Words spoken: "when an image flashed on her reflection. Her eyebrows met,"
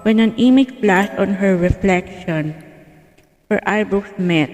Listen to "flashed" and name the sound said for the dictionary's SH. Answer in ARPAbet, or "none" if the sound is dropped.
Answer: S